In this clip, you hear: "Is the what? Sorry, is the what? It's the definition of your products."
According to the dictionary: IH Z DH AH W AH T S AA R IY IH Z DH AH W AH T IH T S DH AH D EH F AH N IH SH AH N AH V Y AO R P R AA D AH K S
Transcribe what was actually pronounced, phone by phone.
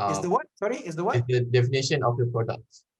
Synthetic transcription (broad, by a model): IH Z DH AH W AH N S AA R IY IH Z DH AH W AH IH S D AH D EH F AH N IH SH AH N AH F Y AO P R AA D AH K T